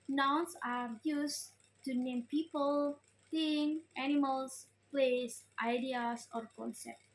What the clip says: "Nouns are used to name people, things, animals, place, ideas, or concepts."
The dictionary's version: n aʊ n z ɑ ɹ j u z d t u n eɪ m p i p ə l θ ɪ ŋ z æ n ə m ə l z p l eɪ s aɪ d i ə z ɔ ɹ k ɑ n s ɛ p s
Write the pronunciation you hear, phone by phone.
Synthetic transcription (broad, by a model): n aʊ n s ɑ ɹ j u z t u n eɪ m p i p ə l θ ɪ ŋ æ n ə m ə l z p l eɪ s aɪ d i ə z ɔ ɹ k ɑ n s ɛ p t